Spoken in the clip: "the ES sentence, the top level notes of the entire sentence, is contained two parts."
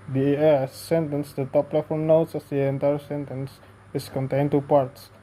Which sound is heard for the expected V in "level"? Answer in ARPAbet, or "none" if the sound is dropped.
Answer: F